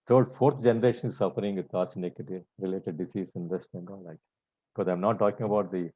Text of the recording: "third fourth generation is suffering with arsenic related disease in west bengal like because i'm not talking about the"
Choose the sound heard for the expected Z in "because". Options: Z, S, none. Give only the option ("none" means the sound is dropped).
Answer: none